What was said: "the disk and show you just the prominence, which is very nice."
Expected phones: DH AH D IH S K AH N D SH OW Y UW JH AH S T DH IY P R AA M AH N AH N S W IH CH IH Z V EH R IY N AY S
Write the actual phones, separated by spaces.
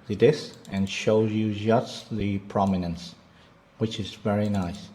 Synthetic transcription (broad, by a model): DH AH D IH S AH N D SH OW Y UW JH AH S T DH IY P R AA M AH N AH N S W IH CH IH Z V EH R IY N AY S